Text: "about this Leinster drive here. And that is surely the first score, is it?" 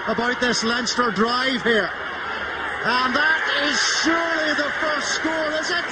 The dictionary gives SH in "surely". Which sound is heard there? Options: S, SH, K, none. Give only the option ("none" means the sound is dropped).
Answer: SH